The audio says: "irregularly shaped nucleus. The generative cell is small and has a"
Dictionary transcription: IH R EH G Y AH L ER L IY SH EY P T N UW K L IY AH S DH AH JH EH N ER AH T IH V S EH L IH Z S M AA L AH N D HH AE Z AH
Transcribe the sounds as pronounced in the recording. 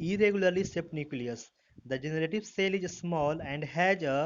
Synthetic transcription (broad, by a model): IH R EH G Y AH L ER L IY S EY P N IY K L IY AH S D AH JH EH N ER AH T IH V S EH L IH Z S M AA L AH N D HH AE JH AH